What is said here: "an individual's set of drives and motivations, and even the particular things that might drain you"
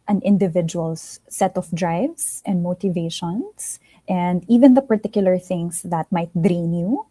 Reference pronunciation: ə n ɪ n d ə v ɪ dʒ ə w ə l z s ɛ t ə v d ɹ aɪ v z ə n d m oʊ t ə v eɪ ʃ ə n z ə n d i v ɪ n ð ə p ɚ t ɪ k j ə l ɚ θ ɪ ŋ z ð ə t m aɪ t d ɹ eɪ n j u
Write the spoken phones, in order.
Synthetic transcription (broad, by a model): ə n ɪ n d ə v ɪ dʒ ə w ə l s ɛ t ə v d ɹ aɪ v s ə n d m oʊ t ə v eɪ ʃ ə n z ə n d i v ɪ n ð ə p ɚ t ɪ k j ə l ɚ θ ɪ ŋ s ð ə t m aɪ t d ɹ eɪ n j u